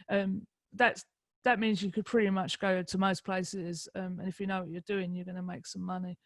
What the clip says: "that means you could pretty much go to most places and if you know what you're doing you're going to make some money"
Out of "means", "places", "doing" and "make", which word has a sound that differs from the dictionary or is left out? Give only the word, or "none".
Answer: none